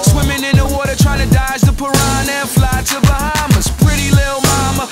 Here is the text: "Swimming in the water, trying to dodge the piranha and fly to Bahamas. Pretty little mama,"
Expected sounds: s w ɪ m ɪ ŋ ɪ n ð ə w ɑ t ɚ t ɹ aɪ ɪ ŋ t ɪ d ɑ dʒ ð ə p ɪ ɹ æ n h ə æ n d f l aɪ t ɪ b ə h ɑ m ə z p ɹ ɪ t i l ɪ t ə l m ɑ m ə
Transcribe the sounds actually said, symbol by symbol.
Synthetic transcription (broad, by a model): s w ɪ m ɪ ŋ ɪ n ð ə w ɑ t ɚ t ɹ aɪ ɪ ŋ t ɪ d ɑ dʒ ð ə p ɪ ɹ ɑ n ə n f l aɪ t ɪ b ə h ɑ m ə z p ɹ ɪ t i l ɪ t l m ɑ m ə